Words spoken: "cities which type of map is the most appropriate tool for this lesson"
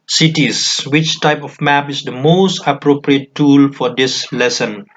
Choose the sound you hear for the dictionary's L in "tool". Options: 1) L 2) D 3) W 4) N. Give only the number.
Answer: 1